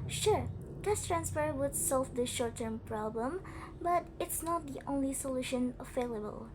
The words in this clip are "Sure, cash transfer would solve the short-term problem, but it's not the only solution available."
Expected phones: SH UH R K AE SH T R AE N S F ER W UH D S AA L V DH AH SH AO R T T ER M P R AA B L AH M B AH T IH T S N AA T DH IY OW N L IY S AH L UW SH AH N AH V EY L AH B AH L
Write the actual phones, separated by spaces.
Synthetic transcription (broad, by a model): SH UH R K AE S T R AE N S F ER W UH D S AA L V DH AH SH AO R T T ER M P R AA B L AH M B AH T IH T S N AA T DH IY OW N L IY S AH L UW SH AH N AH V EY L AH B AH L